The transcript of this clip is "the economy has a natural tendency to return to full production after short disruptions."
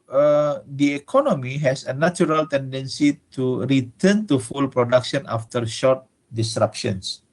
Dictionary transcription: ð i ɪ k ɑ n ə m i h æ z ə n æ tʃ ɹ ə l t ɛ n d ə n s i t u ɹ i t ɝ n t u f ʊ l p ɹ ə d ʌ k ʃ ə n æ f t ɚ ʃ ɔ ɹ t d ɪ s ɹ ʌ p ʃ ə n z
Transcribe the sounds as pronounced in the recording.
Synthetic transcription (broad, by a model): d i ɪ k ɑ n ə m i h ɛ s ə n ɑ tʃ ɹ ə l t ɛ n d ə n s i t u ɹ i t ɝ n t u f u l p ɹ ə d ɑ k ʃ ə n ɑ f t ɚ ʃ ɔ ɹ t d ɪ s ɹ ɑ p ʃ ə n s